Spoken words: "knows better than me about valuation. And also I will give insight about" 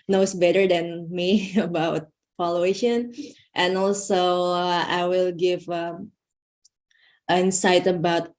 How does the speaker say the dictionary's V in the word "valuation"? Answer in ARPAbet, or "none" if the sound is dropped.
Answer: F